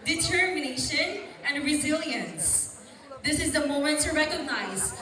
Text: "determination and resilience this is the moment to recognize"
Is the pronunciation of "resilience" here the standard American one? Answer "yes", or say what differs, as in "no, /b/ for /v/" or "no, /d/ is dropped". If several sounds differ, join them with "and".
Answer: yes